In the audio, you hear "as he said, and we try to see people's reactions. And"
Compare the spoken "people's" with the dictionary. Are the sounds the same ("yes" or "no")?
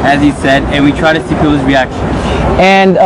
no